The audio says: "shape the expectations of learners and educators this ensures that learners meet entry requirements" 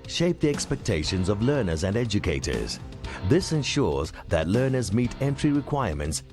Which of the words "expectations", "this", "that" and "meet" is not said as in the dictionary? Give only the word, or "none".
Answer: none